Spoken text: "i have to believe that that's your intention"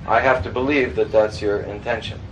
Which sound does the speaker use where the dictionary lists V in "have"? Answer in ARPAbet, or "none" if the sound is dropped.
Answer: F